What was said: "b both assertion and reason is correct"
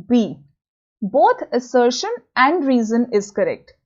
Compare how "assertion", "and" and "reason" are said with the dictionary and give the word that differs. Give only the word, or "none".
none